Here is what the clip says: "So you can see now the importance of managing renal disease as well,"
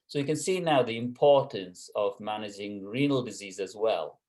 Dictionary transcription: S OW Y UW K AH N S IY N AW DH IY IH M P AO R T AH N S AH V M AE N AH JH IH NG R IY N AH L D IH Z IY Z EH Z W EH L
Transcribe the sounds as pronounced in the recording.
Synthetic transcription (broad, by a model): S OW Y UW K AH N S IY N AW DH IY IH M P AO R T AH N S AH V M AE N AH JH IH NG R IY N AH L D IH Z IY Z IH Z W EH L